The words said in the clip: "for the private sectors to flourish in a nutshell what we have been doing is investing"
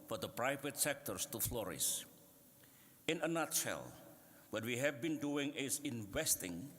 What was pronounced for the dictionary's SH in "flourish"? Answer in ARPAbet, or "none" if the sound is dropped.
S